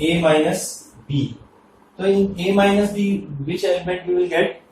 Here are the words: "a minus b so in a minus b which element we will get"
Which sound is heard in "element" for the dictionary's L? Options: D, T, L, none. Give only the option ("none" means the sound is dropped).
none